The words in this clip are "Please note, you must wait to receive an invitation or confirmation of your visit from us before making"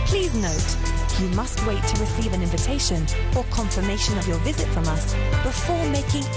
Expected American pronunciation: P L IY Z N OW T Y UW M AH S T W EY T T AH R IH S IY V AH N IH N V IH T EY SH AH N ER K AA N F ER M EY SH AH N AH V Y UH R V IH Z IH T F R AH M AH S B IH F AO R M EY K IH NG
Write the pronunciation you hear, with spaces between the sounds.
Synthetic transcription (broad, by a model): P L IY Z N OW T Y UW M AH S T W EY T T AH R IH S IY V AH N IH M V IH T EY SH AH N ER K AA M F ER M EY SH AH N AH V Y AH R V IH Z IH T F R AH M AH S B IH F AO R M EY K IH NG